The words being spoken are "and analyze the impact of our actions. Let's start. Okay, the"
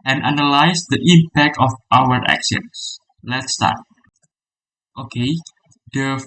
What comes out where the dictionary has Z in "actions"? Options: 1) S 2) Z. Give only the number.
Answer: 1